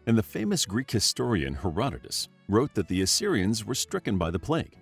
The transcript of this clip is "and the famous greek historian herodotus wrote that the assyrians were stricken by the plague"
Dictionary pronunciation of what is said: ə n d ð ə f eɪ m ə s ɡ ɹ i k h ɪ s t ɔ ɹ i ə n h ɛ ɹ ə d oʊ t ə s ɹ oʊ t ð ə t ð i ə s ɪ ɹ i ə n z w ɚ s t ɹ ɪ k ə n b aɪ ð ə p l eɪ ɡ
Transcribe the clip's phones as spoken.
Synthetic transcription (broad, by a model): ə n ð ə f eɪ m ə s ɡ ɹ i k h ɪ s t ɔ ɹ i ə n h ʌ ɹ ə d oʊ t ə s ɹ oʊ t ð ə t ð i ə s ɪ ɹ i ə n z w ɚ s t ɹ ɪ k ə n b aɪ ð ə p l eɪ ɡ